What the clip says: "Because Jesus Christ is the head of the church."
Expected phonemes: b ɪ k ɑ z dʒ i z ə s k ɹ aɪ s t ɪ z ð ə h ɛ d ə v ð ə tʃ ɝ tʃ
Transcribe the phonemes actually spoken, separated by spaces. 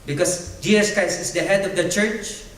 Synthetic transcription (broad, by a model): b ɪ k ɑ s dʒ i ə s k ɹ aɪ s ɪ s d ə h ɛ d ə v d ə tʃ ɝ tʃ